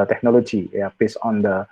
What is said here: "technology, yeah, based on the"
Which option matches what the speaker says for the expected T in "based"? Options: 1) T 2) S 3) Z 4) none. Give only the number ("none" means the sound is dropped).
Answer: 4